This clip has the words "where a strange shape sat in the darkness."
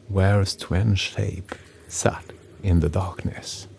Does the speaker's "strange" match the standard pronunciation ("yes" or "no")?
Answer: no